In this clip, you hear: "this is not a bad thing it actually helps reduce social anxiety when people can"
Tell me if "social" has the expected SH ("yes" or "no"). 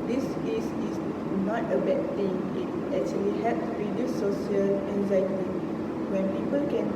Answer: no